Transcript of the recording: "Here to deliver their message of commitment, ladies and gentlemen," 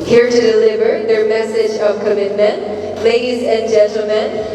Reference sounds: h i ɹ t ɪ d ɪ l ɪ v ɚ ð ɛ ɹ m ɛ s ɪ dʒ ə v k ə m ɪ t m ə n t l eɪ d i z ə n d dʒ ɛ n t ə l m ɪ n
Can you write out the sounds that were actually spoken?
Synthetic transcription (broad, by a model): h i ɹ t ɪ d ɪ l ɪ v ɚ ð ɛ ɹ m ɛ s ɪ dʒ ə v k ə m ɪ t m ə n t l eɪ d i z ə n dʒ ɛ n t l m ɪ n